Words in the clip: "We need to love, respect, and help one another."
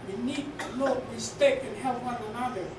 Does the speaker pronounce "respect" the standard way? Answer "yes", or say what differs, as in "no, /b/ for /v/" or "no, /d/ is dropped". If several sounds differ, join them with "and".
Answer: no, /t/ is dropped